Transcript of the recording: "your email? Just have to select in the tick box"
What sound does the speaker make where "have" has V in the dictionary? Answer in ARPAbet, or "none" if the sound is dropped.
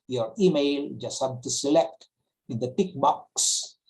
B